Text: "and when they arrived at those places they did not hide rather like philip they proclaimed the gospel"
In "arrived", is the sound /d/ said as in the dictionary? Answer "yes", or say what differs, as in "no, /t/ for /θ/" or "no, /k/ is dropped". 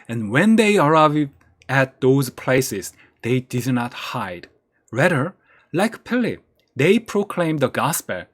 no, /d/ is dropped